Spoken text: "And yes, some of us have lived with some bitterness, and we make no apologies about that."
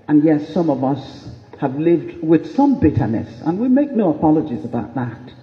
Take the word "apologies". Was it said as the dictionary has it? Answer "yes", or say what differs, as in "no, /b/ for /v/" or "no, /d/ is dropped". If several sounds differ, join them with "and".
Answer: yes